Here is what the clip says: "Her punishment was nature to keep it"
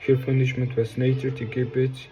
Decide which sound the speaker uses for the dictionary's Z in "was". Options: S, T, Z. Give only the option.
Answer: S